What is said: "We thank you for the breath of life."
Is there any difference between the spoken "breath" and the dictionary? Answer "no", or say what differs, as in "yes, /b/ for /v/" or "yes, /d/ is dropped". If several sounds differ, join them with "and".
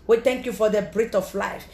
yes, /t/ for /θ/